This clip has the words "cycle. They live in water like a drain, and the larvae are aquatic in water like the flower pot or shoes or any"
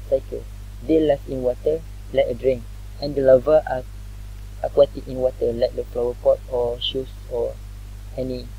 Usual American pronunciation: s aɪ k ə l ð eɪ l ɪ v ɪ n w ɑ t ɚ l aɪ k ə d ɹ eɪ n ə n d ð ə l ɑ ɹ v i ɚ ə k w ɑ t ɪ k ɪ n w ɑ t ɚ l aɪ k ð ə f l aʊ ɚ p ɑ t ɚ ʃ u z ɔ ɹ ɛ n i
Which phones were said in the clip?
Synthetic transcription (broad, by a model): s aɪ k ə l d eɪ l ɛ f ɪ n w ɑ t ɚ l aɪ k ə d ɹ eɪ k ə n d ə l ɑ v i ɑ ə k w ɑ t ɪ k ɪ n w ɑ t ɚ l aɪ k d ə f l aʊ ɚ p ɑ t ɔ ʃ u s ɔ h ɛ n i